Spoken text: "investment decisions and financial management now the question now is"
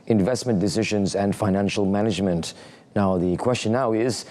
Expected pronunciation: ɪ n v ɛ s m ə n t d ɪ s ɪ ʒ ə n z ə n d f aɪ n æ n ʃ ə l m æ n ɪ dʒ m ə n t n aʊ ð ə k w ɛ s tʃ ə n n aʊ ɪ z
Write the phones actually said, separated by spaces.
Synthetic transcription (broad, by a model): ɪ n v ɛ s m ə n d ɪ s ɪ ʒ ə n z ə n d f aɪ n æ n ʃ ə l m æ n ɪ dʒ m ə n t n aʊ ð ə k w ɛ s tʃ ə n n aʊ ɪ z